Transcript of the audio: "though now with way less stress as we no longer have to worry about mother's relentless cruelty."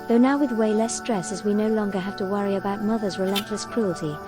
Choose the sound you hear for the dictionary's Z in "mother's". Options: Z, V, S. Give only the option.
Z